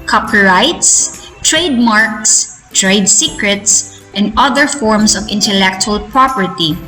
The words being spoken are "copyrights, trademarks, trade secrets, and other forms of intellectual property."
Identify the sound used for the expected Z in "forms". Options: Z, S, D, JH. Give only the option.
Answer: S